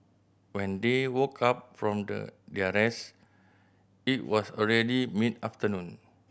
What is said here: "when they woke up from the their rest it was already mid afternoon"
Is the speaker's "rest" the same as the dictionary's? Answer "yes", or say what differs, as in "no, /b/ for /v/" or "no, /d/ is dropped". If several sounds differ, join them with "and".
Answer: no, /t/ is dropped